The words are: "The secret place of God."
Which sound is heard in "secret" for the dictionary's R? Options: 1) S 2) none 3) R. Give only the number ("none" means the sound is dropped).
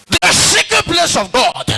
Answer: 2